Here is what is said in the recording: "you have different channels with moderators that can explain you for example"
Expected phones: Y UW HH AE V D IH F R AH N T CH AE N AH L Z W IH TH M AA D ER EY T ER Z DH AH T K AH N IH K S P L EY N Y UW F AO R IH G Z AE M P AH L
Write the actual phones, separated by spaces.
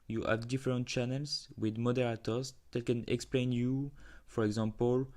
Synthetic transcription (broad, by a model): Y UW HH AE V D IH F R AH N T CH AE N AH L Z W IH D M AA D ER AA T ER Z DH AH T K AH N IH K S P L EY N Y UW F AO R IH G Z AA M P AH L